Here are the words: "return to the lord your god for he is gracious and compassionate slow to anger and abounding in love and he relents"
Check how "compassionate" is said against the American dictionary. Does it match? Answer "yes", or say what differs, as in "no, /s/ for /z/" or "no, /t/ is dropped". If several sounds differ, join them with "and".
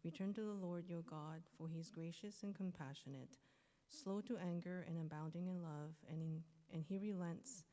yes